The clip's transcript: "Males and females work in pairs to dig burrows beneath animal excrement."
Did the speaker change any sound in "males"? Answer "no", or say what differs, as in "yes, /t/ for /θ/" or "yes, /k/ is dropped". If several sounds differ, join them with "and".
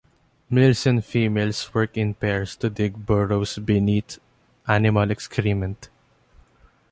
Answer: yes, /s/ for /z/